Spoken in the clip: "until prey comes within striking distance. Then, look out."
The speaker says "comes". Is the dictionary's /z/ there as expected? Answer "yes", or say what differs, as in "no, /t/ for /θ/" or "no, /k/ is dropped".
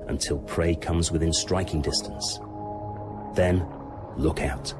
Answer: yes